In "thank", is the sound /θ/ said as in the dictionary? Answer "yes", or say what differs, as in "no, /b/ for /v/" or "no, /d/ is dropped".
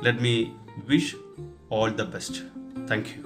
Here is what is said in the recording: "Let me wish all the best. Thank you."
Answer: no, /t/ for /θ/